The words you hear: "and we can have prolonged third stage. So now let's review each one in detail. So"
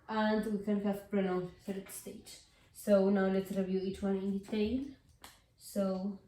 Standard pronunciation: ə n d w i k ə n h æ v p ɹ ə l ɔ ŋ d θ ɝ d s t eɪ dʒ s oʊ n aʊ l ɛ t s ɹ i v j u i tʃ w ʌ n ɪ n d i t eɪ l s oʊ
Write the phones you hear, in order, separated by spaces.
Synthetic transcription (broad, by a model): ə n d w i k ə n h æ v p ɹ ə n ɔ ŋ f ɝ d s t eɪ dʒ s oʊ n aʊ l ɛ t s ɹ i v j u i tʃ w ʌ n ɪ n d i t eɪ l s oʊ